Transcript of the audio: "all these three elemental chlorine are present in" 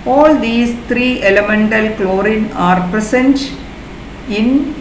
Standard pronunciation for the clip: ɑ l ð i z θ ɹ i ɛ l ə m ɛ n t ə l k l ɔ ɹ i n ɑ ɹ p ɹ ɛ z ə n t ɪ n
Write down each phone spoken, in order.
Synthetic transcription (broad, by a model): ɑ l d i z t ɹ i ɛ l ə m ɛ n t ə l k l ɔ ɹ i n ɑ ɹ p ɹ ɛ s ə n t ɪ n